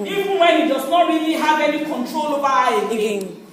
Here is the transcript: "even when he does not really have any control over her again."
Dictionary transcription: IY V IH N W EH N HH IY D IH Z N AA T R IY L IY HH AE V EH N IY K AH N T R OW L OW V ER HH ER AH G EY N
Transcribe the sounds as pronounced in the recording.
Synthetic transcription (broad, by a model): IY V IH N W EH N HH IY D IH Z N AA T R IY L IY HH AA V EH N IY K AH N T R OW L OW B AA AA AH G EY